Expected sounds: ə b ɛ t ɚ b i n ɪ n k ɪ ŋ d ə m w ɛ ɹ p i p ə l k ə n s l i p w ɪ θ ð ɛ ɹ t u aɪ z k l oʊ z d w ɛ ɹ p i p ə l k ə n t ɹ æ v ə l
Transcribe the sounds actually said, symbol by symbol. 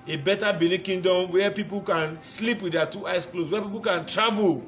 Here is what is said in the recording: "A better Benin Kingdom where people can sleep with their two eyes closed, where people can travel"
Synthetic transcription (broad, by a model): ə b ɛ t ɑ b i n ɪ k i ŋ d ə m w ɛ p i p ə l k ə n s l i p w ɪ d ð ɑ t u aɪ s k l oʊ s w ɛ p i p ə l k ə n t ɹ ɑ v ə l